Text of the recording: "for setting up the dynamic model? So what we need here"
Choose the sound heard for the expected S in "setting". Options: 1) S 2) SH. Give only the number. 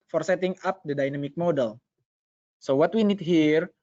1